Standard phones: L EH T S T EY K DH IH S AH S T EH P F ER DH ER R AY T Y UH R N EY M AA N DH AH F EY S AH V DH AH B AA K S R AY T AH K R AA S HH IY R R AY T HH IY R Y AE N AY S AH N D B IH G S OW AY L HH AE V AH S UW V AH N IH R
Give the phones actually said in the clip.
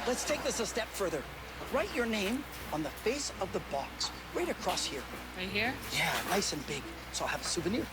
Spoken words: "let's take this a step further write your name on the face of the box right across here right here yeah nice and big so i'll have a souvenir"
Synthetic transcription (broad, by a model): L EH T S T EY K DH IH S AH S T EH P F ER DH ER R AY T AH R N EY M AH N DH AH F EY S AH V DH AH B AA K S R AY T AH K R AA S HH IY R R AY HH IY R Y AE N AY S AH N B IH G S OW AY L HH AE V AH S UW V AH N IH R